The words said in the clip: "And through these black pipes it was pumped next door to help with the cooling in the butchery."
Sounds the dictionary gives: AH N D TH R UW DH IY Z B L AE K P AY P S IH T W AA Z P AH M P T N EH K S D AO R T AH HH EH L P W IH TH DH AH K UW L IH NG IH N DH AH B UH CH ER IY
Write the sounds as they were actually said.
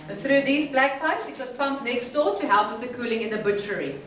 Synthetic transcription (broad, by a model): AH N TH R UW DH IY Z B L AE K P AY P S IH T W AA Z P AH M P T N EH K S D AO T AH HH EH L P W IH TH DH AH K UW L IH NG IH N DH AH B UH CH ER IY